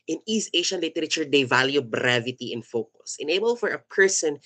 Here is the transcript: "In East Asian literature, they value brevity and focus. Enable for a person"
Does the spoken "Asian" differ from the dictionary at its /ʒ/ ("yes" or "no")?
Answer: yes